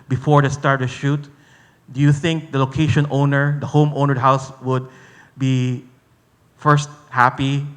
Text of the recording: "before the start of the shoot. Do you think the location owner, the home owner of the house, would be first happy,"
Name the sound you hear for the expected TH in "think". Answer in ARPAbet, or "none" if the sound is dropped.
TH